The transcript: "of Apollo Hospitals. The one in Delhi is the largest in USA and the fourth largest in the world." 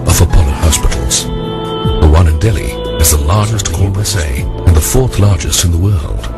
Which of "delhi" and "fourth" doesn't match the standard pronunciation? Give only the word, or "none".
none